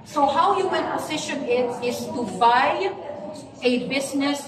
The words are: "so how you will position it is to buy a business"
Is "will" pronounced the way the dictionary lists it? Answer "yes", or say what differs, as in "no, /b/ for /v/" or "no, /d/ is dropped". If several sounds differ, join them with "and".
no, /n/ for /l/